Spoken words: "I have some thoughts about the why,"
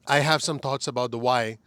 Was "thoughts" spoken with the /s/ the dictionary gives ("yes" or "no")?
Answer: yes